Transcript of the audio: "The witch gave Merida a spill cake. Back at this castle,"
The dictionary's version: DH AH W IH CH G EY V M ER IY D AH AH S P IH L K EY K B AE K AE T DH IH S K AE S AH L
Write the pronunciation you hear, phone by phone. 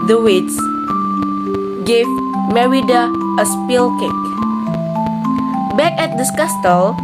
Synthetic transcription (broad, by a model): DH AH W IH S G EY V M ER IY D AH AH S P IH L K EY K B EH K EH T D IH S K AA S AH L